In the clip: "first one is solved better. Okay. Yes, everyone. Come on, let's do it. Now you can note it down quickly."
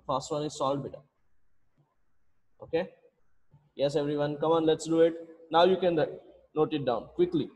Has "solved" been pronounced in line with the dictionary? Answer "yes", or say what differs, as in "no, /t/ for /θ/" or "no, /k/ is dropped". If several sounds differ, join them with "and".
no, /v/ is dropped